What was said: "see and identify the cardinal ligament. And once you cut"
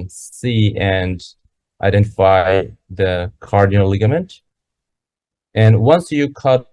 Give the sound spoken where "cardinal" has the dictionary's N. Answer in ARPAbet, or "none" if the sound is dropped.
none